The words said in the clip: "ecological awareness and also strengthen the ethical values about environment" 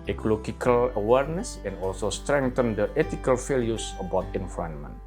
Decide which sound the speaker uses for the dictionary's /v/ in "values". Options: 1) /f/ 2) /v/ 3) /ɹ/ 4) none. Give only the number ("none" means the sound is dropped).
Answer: 1